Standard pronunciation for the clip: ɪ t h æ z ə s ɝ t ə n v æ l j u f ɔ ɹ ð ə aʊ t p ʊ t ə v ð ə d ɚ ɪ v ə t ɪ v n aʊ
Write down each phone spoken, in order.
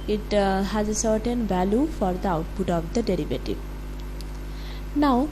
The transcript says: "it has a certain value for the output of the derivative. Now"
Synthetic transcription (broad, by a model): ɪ t h æ z ə s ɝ t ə n v æ l j u f ɔ ɹ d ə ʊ t b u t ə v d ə d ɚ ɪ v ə t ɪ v n aʊ